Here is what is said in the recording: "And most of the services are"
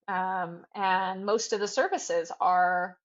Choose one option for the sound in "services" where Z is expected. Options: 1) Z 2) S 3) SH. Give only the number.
1